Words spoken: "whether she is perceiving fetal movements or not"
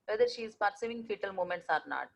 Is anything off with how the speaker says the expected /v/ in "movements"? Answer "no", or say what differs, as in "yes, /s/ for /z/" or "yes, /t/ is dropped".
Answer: yes, /v/ is dropped